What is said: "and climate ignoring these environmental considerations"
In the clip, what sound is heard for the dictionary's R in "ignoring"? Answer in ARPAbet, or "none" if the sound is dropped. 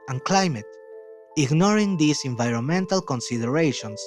R